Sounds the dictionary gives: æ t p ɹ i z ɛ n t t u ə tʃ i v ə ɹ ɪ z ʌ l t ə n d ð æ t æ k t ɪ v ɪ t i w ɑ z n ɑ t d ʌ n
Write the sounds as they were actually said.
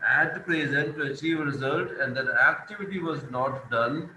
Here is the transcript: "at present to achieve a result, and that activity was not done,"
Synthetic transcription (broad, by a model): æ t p ɹ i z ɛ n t t u ə tʃ i v ə ɹ ɪ z ʌ l t ə n d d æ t æ k t ɪ v ɪ t i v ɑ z n ɑ t d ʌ n